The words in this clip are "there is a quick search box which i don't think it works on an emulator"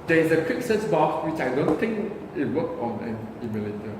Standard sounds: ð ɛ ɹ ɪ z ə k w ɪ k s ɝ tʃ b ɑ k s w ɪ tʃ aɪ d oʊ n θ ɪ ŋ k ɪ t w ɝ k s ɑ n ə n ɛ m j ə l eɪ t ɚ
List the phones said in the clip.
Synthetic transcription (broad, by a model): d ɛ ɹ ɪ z ə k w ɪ k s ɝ s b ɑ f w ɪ tʃ aɪ d oʊ n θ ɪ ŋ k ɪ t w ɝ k ɑ n ə n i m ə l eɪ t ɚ